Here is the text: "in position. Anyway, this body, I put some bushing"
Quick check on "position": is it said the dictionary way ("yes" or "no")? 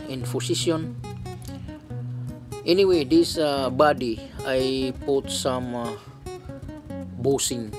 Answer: no